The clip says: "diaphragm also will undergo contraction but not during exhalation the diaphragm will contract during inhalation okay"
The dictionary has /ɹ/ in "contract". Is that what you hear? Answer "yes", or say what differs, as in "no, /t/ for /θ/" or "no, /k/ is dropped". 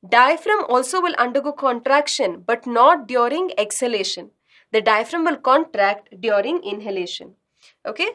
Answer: yes